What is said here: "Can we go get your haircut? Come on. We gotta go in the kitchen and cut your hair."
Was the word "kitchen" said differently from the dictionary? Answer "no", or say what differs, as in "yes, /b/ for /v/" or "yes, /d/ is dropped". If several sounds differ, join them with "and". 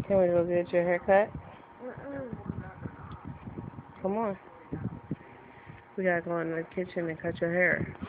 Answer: no